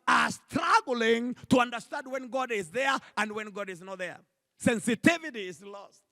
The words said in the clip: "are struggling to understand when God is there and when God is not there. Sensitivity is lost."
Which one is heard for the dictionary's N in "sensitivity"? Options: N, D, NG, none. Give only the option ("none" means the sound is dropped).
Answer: N